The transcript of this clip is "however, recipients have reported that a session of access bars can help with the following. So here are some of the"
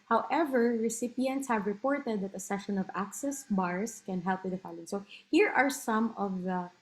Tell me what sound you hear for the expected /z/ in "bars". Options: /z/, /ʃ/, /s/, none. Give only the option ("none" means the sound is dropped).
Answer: /s/